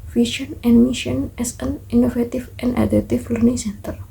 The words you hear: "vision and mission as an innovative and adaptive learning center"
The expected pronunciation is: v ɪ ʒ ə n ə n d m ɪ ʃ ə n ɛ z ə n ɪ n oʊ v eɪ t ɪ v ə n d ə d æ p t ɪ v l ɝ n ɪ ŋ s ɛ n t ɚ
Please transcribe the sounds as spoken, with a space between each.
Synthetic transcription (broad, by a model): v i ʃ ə n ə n m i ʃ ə n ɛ s ə n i n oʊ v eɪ t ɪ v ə n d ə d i t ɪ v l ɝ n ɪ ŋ s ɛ n t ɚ